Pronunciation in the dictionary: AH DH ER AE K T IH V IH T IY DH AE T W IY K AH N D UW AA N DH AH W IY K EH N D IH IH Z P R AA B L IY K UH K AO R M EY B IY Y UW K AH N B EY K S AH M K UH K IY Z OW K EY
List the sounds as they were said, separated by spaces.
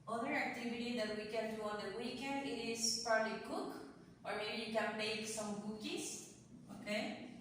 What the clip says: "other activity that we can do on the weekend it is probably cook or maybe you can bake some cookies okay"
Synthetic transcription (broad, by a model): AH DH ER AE K T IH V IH T IY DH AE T W IY K AH N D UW AA N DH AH W IY K EH N D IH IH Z P R AA B L IY K UH K AO R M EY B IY Y UW K AH N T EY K S AH M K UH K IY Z OW K EY